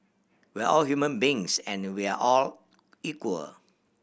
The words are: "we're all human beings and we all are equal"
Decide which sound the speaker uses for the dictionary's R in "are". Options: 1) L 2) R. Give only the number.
1